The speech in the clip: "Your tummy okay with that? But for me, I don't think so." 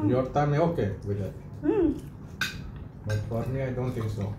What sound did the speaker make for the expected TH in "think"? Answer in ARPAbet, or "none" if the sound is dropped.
T